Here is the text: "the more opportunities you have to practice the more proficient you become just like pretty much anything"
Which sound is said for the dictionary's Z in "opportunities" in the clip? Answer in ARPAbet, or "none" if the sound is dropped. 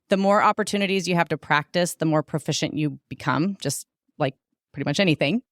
Z